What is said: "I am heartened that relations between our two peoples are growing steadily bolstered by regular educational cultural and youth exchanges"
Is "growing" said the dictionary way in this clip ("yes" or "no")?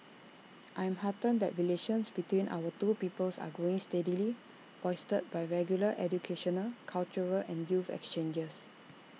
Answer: no